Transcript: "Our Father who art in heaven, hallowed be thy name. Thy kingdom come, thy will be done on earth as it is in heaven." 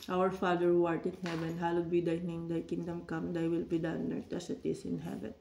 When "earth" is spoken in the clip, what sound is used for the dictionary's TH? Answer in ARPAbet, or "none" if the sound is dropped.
T